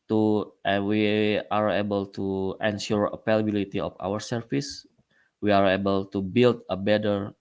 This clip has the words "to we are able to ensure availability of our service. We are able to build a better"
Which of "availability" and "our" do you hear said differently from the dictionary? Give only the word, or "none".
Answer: availability